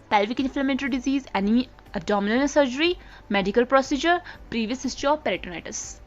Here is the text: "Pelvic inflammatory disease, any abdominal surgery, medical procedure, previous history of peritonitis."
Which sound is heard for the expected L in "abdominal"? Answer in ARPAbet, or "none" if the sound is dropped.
N